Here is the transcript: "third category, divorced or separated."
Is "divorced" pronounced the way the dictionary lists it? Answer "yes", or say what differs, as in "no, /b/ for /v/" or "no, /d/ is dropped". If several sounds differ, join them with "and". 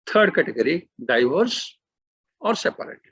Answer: no, /t/ is dropped